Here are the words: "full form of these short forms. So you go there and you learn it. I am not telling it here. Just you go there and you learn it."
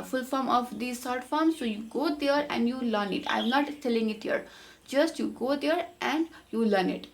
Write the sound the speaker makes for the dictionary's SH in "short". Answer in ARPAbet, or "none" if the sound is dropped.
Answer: S